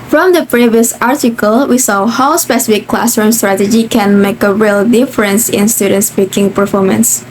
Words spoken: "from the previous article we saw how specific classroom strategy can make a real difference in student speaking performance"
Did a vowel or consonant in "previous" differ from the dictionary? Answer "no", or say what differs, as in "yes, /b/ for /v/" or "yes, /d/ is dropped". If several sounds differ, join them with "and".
no